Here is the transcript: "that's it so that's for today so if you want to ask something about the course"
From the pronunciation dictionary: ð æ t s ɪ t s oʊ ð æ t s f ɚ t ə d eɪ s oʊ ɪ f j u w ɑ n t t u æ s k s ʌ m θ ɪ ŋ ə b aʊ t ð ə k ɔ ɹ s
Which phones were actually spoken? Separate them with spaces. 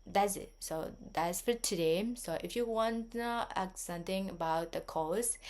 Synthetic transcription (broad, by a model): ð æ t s ɪ t s oʊ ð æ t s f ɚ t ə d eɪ s oʊ ɪ f j u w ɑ n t t u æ k s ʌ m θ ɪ ŋ ə b aʊ t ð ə k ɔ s